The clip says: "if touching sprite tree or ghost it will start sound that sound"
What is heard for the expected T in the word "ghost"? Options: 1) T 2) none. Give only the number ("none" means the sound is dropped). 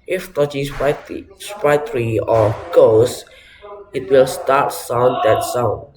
2